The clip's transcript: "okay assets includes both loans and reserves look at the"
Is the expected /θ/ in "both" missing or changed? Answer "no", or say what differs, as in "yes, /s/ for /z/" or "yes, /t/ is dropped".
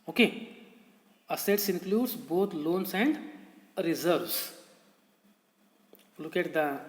yes, /t/ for /θ/